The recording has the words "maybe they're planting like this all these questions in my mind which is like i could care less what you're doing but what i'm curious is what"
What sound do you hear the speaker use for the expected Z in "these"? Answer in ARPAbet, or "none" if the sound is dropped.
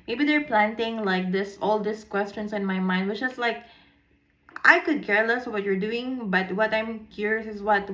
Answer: S